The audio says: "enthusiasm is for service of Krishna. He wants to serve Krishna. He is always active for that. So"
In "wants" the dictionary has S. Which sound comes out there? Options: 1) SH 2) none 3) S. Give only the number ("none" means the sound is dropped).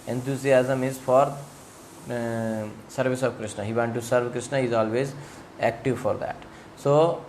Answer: 2